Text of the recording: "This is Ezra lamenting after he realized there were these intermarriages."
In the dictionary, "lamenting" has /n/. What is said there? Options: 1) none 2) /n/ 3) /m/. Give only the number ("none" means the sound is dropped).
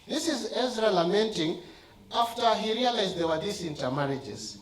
2